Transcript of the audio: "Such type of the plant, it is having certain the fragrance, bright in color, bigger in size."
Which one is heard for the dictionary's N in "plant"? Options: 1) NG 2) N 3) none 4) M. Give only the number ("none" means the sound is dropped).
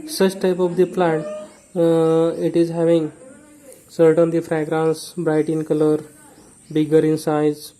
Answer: 3